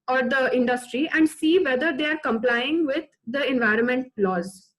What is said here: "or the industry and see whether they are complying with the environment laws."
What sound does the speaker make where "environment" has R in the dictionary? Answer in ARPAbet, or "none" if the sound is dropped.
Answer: R